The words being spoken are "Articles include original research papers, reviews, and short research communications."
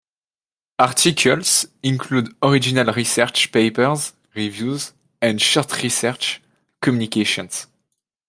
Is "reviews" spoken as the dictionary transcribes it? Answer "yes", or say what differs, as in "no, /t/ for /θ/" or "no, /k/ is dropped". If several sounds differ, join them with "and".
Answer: yes